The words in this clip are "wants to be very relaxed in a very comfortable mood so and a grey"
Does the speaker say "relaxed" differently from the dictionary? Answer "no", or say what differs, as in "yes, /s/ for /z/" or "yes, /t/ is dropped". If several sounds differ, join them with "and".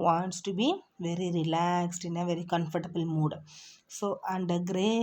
no